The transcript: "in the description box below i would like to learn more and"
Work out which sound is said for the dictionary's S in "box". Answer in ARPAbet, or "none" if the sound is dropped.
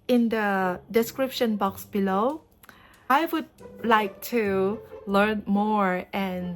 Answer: S